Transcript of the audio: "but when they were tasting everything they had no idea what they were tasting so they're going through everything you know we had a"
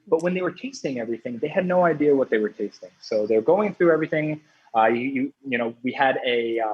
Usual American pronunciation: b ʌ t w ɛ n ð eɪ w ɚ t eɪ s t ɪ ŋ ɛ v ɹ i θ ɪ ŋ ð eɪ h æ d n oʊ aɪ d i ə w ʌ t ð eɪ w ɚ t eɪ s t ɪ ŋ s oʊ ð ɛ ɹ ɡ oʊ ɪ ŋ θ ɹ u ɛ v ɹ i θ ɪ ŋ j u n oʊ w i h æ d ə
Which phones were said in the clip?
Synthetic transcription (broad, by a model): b ʌ t w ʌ n ð eɪ w ɚ t eɪ s t ɪ ŋ ɛ v ɹ i θ ɪ ŋ ð eɪ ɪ d n oʊ aɪ d i ə w ʌ t ð eɪ w ɚ t eɪ s t ɪ ŋ s oʊ ð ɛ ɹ ɡ oʊ ɪ ŋ θ ɹ u ɛ v ɹ i θ ɪ ŋ j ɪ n oʊ w i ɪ d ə